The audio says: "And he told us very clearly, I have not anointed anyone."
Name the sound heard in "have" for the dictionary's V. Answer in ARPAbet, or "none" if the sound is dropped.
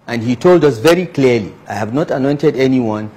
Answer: V